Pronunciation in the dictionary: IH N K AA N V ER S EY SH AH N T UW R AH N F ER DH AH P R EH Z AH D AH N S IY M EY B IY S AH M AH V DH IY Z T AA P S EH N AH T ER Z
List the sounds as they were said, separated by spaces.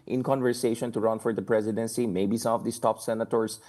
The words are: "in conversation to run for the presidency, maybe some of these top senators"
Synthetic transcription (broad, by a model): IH N K AA N V ER S EY SH AH N T UW R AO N F ER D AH P R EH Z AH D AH N S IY M EY B IY S AH M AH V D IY S T AA P S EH N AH T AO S